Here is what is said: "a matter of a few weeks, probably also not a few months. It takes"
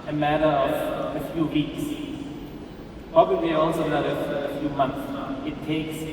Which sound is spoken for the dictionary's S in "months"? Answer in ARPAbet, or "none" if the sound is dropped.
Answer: none